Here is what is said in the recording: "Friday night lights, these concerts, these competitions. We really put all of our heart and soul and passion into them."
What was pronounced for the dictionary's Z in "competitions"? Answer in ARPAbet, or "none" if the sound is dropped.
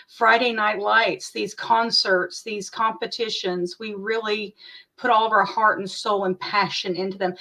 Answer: Z